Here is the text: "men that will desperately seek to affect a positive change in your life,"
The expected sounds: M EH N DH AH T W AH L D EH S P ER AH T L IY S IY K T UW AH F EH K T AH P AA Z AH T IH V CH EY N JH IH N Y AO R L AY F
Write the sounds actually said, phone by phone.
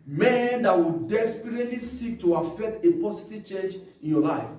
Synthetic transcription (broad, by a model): M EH N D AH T W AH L D EH S P ER AH T L IY S IY K T UW AH F EH K T AH P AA S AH T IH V CH EY N JH IH N Y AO L AY F